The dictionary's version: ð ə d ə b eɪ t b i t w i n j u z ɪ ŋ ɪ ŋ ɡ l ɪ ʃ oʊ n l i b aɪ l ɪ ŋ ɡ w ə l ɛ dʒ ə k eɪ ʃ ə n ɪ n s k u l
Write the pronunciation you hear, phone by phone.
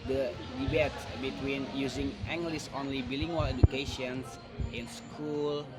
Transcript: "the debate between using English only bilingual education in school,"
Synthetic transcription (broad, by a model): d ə d ə b eɪ t b i t w i n j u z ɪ ŋ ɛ ŋ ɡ l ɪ s oʊ n l i b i l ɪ ŋ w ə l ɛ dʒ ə k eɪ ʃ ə n ɪ n s k u l